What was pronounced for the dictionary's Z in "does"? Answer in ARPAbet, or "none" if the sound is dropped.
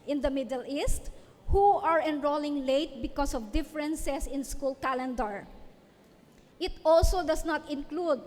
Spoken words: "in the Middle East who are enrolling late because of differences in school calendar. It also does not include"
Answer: S